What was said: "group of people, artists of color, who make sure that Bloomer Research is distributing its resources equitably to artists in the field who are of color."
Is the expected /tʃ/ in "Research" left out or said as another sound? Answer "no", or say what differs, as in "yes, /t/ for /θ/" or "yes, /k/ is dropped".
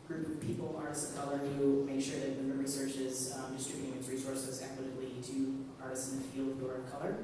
no